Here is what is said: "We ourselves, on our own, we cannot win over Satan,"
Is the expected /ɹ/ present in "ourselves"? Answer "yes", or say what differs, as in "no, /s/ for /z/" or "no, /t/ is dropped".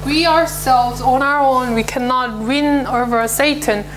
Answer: yes